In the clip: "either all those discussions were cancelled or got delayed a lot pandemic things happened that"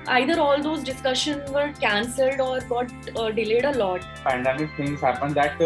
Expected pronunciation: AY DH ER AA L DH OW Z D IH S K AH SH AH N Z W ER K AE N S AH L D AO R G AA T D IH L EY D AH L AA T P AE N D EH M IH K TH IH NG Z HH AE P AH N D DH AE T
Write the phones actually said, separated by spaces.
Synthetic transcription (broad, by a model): AY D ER AA L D OW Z D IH S K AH SH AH N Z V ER K AE N S AH L D AO R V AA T D IH L EY D AH L AA T P AE N D EH M IH K T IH NG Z HH AE P AH N D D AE T